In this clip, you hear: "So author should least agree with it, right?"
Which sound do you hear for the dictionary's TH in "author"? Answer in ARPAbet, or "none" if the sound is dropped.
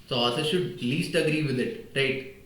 S